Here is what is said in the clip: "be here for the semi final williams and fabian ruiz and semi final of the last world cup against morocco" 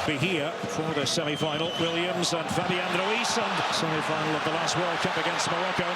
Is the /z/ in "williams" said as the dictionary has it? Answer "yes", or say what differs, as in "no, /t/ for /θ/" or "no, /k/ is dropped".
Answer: yes